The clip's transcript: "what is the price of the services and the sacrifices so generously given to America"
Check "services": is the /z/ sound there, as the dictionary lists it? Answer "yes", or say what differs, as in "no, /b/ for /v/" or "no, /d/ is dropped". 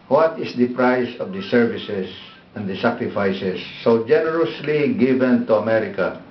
no, /s/ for /z/